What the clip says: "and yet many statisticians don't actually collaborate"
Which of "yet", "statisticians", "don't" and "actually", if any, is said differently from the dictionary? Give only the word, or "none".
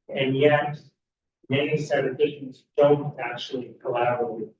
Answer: statisticians